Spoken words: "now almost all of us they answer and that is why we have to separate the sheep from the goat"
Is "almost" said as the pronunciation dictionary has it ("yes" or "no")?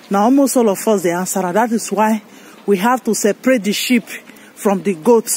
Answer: yes